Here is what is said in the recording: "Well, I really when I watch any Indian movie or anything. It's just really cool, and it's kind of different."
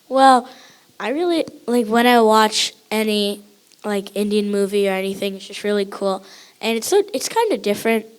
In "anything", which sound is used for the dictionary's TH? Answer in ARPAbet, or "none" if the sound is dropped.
TH